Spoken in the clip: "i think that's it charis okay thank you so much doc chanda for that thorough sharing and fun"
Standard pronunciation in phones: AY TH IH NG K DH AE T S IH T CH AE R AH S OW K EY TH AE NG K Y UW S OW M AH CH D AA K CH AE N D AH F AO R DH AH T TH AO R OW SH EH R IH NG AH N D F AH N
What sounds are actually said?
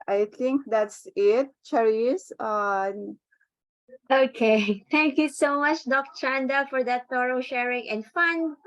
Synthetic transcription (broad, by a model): AY T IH NG K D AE T S IH T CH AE R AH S OW K EY T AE NG K Y UW S OW M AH CH D AA K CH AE N D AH F AO R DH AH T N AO R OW SH EH R IH NG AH N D F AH N